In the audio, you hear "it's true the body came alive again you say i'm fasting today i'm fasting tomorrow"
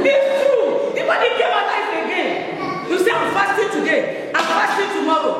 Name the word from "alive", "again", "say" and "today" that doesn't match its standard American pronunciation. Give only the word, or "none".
alive